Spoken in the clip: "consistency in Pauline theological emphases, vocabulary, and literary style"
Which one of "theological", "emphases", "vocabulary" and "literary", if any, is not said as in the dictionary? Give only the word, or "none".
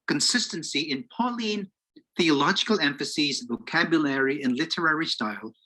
none